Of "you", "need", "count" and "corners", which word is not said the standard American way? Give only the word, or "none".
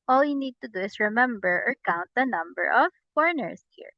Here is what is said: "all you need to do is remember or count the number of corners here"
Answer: corners